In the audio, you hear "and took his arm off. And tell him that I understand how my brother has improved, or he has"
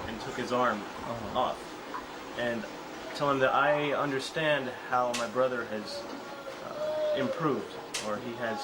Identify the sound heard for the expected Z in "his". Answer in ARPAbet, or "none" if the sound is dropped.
Z